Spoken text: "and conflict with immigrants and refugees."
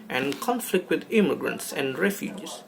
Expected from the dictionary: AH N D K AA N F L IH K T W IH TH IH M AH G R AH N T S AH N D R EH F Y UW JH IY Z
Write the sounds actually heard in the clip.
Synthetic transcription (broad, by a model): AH N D K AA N F L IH K T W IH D IH M AH G R AH N T S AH N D R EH F Y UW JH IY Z